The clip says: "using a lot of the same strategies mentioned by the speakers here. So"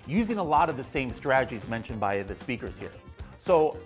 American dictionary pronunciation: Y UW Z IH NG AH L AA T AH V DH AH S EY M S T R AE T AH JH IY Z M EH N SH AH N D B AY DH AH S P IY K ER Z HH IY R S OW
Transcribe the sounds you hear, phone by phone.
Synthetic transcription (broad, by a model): Y UW Z IH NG AH L AA T AH V DH AH S EY M S T R AE T AH JH IY Z M EH N SH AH N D B AY DH AH S P IY K ER Z HH IY R S OW